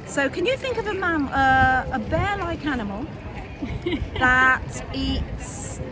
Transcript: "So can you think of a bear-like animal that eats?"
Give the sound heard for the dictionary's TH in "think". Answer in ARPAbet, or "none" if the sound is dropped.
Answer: TH